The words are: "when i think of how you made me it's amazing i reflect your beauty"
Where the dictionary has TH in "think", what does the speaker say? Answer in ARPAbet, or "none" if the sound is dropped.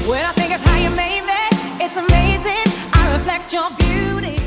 TH